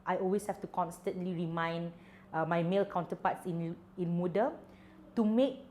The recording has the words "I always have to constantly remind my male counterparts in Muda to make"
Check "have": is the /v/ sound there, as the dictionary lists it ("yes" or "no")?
no